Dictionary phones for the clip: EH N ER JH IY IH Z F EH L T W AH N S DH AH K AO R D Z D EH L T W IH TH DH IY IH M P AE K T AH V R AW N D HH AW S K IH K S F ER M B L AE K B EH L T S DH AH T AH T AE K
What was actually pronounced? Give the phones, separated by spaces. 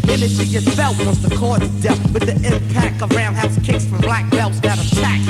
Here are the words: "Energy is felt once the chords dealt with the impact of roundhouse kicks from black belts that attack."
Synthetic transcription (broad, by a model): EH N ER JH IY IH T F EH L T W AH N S DH AH K AO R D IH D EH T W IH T DH IY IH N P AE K AH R AW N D HH AW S K IH K S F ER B L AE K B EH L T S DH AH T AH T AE K